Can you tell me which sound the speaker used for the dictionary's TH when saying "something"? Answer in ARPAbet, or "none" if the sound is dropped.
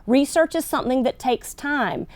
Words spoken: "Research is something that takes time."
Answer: TH